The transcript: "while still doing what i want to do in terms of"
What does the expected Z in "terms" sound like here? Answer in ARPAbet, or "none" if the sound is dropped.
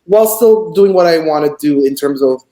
Z